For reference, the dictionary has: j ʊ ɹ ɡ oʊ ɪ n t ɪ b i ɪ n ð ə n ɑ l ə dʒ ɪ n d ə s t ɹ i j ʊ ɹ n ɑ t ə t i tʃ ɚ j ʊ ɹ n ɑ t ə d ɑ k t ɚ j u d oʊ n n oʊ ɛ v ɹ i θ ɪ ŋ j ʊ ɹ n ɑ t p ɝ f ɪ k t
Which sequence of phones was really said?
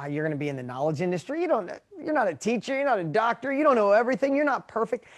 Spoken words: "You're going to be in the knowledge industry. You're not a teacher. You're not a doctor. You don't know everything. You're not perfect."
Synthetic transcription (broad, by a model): j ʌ ɹ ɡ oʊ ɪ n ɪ b i ɪ n ð ə n ɑ l ə dʒ ɪ n d ə s t ɹ i j ʊ ɹ n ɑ t ə t i tʃ ɚ j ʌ ɹ n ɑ t ə d ɑ k t ɚ j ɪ d oʊ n n oʊ ɛ v ɹ i θ ɪ ŋ j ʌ ɹ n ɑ t p ɝ f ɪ k t